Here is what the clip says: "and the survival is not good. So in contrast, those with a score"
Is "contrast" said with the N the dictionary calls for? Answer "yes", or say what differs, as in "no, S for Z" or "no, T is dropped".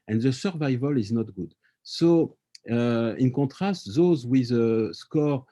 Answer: no, N is dropped